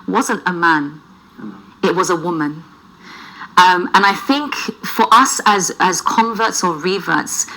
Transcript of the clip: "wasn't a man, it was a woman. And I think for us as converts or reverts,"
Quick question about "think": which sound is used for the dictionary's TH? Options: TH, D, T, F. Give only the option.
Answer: TH